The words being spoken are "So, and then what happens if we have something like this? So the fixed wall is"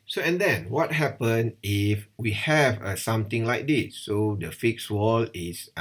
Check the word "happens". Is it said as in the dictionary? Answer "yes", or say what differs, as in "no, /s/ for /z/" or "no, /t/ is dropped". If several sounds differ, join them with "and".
no, /z/ is dropped